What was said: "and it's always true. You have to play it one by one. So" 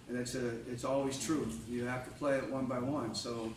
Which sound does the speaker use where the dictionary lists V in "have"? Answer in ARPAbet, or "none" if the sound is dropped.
F